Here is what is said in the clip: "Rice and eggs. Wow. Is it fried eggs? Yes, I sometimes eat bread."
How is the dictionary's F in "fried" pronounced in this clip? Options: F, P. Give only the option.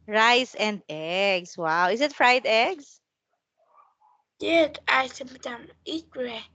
F